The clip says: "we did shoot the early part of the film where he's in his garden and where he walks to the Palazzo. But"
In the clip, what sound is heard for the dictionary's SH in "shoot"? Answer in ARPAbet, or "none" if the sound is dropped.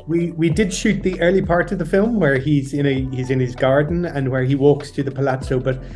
SH